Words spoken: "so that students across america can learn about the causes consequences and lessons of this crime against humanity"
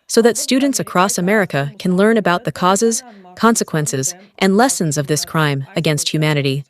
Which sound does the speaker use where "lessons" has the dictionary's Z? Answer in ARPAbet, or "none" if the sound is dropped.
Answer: Z